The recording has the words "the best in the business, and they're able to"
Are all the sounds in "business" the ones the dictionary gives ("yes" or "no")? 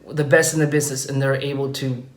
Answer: yes